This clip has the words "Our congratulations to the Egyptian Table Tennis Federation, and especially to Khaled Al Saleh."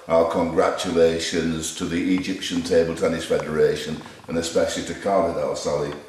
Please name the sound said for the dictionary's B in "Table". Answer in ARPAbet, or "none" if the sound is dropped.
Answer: B